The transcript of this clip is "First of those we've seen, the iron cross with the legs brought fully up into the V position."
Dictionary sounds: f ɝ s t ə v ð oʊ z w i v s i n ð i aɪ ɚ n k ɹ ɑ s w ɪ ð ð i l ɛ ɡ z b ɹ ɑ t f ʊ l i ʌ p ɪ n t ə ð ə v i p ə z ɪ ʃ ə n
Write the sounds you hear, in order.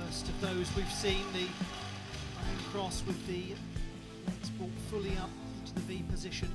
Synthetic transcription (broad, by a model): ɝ s t ə v ð oʊ z w i v s i n ð i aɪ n k ɹ ɑ s w ɪ ð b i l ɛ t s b ɑ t f ʊ l i ʌ p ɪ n t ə ð ə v i p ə z ɪ ʃ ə n